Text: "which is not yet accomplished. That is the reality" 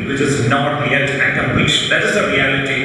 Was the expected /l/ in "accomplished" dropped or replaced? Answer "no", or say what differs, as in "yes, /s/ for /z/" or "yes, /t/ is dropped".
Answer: yes, /l/ is dropped